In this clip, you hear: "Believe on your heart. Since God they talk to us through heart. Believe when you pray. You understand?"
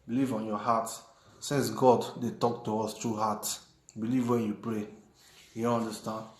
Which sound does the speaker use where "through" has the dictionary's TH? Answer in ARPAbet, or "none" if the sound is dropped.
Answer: T